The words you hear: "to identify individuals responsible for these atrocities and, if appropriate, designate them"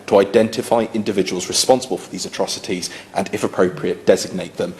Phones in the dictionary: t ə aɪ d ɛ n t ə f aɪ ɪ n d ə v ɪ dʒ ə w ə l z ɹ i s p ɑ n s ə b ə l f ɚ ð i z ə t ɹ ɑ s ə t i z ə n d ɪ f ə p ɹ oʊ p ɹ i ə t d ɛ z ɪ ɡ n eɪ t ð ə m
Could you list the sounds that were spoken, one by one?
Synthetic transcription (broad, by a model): t ə aɪ d ɛ n t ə f aɪ ɪ n d ə v ɪ dʒ ə w ə l z ɹ i s p ɑ n s ə b ə l f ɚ ð i z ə t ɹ ɑ s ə t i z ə n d ɪ f ə p ɹ oʊ p ɹ i ə t d ɛ z ɪ ɡ n eɪ t ð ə m